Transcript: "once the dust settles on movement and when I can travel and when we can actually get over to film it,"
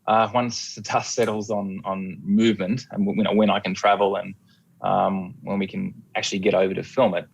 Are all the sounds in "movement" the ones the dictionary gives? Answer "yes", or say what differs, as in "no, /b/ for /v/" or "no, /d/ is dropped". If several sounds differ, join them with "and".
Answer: yes